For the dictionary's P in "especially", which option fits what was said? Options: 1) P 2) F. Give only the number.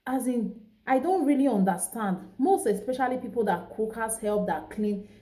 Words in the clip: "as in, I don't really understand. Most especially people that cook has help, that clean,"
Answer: 1